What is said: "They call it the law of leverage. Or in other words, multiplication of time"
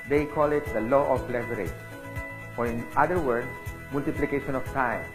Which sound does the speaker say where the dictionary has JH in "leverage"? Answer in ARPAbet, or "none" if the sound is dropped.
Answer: none